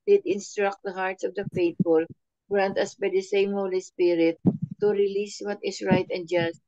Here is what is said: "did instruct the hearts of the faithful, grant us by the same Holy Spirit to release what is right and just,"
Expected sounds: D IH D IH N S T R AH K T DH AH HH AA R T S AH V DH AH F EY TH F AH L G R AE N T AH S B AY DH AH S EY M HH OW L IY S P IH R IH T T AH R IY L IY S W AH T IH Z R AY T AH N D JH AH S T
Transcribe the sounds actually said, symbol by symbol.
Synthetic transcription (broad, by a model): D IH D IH N S T R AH K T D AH HH AA R T S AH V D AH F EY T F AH L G R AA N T AH S B AY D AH S EY M HH OW L IY S P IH R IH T T AH R IY L IY S W AH T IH S R AY T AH N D JH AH S T